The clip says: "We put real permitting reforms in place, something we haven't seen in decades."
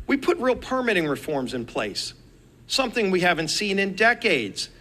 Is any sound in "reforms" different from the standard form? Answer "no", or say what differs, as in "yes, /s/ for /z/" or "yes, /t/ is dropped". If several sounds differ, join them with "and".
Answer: no